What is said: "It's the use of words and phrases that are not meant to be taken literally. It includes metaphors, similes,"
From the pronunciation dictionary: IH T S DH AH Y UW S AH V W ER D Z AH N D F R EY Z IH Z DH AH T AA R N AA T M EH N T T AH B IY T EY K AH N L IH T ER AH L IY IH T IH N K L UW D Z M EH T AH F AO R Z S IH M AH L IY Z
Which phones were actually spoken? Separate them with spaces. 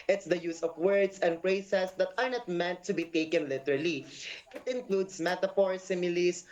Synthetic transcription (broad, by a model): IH T S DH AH Y UW S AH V W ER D S AH N D P R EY S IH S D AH T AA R N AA T M EH N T T AH B IY T EY K AH N L IH T ER AH L IY IH T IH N K L UW D S M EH T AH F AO R S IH M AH L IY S